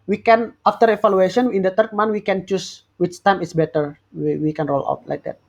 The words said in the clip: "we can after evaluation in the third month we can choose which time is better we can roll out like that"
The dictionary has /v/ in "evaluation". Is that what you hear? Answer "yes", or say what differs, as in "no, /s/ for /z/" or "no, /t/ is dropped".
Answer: no, /f/ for /v/